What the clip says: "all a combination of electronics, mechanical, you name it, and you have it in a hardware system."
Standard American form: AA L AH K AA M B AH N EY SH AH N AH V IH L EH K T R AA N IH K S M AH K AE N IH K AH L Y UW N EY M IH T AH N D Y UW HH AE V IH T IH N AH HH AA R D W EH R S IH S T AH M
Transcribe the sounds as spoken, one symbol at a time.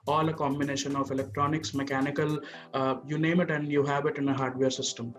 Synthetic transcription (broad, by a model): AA L AH K AA M B AH N EY SH AH N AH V IH L EH K T R AA N IH K S M AH K AE N IH K AH L Y UW N EY M IH T AH N D Y UW HH AE V IH T IH N AH HH AA R D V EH R S IH S T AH M